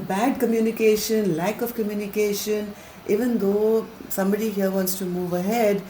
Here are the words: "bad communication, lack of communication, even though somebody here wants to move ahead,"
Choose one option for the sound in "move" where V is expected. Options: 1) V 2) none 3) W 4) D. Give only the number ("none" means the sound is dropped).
1